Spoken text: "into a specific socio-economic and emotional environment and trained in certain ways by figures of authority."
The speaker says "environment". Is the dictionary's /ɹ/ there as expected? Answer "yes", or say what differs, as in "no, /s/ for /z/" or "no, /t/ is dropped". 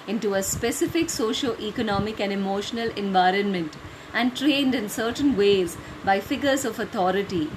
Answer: yes